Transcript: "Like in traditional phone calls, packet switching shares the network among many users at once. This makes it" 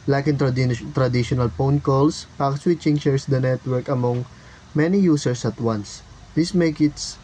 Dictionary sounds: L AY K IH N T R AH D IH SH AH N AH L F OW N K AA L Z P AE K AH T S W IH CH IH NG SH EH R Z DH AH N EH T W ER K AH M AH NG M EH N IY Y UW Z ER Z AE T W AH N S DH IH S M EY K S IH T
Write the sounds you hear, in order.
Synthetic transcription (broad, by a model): L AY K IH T T R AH D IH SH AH N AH L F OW N K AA L S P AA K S W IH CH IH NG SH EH R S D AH N EH T W ER K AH M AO NG M EH N IY Y UW S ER S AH T W AH N S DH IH S M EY K IH T